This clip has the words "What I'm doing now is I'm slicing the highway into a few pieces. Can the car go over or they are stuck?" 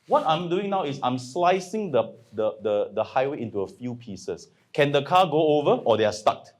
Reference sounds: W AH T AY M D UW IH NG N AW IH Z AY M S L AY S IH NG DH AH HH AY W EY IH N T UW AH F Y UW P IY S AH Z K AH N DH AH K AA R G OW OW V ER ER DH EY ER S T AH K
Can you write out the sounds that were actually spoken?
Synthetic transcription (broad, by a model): W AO T AY M D UW IH NG N AW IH S AY M S L AY S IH NG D AH HH AY W EY IH N T UW AH F Y UW P IY S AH S K AH N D AH K AA G OW OW V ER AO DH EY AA S T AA K